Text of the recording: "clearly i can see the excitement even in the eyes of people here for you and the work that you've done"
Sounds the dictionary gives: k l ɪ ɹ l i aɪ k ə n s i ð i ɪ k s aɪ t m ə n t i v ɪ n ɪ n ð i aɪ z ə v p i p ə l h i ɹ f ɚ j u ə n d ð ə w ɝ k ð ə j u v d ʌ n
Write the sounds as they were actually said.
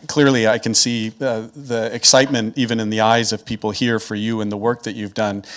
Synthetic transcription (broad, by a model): k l ɪ ɹ l i aɪ k ə n s i ð i ɪ k s aɪ t m ə n t i v ɪ n ɪ n ð i aɪ z ə v p i p l h i ɹ f ɚ j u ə n ð ə w ɝ k ð ə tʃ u v d ʌ n